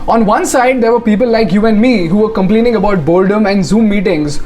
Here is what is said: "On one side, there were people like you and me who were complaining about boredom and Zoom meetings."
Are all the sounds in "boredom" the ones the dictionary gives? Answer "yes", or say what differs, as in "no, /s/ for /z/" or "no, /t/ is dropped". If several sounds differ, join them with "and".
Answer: no, /l/ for /ɹ/